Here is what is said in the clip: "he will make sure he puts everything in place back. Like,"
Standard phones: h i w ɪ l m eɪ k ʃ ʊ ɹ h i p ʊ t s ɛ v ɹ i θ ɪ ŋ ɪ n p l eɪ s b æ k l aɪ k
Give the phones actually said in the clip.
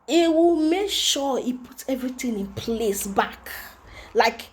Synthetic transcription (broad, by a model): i w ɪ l m eɪ k ʃ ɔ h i p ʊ t ɛ v ɹ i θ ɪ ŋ ɪ n p l eɪ s b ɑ k l aɪ k